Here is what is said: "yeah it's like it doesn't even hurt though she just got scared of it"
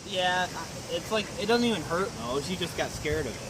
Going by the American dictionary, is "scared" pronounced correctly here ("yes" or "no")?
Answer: yes